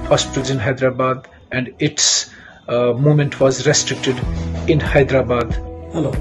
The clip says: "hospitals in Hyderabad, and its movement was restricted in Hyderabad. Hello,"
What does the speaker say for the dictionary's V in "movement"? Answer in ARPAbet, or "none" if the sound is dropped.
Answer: none